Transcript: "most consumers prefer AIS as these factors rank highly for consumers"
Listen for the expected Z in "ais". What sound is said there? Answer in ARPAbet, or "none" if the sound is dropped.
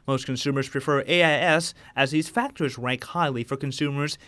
S